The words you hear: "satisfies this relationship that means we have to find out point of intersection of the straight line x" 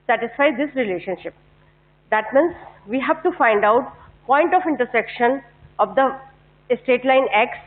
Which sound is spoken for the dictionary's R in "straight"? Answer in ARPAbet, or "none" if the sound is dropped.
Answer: none